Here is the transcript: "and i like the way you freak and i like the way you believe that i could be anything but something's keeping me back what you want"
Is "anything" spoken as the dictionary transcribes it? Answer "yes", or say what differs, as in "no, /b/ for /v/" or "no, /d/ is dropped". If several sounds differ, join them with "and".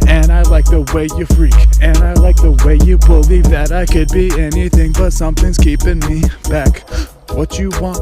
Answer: yes